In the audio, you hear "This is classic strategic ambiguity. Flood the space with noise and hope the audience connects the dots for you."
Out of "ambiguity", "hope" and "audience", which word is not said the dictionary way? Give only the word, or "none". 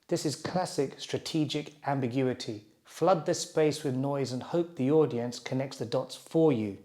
none